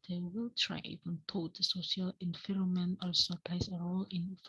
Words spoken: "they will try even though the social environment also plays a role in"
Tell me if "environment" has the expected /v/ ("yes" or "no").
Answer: no